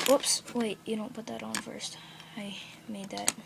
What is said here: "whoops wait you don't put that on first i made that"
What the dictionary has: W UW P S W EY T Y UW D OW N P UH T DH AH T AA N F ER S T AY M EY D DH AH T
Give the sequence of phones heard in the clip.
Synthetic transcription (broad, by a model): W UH P S W EY T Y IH D OW N P UH T DH AH T N F ER S T AY M EY D DH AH T